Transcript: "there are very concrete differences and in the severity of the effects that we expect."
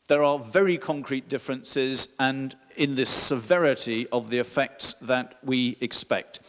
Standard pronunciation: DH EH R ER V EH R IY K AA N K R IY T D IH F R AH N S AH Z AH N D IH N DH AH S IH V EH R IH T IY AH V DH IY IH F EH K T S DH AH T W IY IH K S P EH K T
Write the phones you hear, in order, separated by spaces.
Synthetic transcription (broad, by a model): DH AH R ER V EH R IY K AA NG K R IY T D IH F R AH N S AH Z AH N IH N DH AH S IH V EH R IH T IY AH V DH IY IH F EH K T S DH AH T W IY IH K S P EH K T